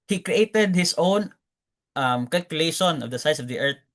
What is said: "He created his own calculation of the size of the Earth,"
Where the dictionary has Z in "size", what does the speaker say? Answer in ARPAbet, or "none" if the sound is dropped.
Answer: S